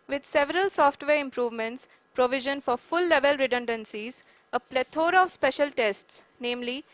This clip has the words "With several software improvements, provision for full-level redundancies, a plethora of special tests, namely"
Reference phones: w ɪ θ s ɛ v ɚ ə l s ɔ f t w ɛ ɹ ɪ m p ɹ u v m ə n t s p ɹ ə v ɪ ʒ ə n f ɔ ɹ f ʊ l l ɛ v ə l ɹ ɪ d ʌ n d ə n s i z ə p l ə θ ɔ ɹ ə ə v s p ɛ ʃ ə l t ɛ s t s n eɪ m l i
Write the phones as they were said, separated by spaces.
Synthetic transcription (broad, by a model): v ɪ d s ɛ v ɚ ə l s ɔ f t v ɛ ɹ ɪ m p ɹ u v m ə n t s p ɹ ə v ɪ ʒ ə n f ɔ ɹ f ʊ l l ɛ v ə l ɹ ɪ d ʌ n d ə n s i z ə p l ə t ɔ ɹ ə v s p ɛ ʃ ə l t ɛ s t s n eɪ m l i